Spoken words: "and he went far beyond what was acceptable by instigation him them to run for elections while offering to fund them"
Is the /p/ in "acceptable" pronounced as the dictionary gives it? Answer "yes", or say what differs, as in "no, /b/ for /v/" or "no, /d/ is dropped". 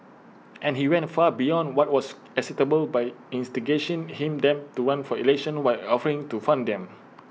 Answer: no, /p/ is dropped